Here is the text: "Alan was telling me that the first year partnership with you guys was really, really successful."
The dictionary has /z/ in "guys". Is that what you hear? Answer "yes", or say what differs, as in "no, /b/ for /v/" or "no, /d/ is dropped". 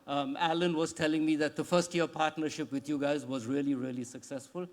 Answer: yes